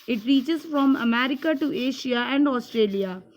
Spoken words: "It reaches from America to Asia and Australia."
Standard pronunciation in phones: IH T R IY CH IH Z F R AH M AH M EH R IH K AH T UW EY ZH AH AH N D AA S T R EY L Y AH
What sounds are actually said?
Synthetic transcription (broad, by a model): IH T R IY CH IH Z F R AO M AH M EH R IH K AH T UW EY SH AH AH N D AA S T R EY L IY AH